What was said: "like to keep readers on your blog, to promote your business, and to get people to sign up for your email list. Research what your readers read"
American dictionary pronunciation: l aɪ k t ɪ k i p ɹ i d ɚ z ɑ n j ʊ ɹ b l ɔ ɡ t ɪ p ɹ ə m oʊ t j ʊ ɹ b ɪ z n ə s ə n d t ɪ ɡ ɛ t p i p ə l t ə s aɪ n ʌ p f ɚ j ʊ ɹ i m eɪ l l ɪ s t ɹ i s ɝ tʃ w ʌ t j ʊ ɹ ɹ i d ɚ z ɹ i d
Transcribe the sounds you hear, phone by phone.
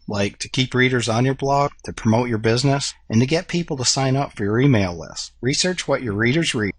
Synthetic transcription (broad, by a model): l aɪ k t ɪ k i p ɹ i d ɚ z n j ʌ ɹ b l ɔ ɡ t ɪ p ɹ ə m oʊ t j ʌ ɹ b ɪ z n ə s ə n t ɪ ɡ ɛ t p i p l t ə s aɪ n ʌ p f ɚ j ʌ ɹ i m eɪ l l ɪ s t ɹ i s ɝ tʃ w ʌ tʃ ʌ ɹ ɹ i d ɚ z ɹ i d